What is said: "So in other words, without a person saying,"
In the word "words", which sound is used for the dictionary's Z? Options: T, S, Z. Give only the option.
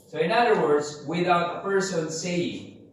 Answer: Z